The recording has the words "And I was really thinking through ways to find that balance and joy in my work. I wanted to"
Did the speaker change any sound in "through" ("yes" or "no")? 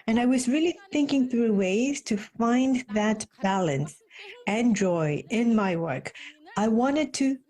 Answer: no